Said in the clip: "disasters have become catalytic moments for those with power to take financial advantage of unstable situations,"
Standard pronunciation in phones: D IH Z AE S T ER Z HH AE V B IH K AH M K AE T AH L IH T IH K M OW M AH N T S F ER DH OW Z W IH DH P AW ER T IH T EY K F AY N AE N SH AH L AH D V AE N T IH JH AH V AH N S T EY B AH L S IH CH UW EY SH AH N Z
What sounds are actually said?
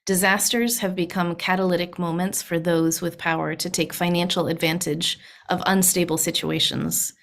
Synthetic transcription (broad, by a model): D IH Z AE S T ER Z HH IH V B IH K AH M K AE T AH L IH T IH K M OW M AH N T S F ER DH OW Z W IH DH P AW ER T IH T EY K F AY N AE N SH L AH D V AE N T IH JH AH V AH N S T EY B L S IH CH UW EY SH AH N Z